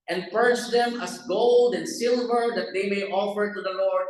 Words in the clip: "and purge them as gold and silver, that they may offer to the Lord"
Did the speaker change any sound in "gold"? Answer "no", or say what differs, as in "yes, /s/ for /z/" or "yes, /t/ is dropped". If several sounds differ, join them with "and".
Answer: no